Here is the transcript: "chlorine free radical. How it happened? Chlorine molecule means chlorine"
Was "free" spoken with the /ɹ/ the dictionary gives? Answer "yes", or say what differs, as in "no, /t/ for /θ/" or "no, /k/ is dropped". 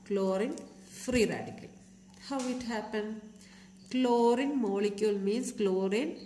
yes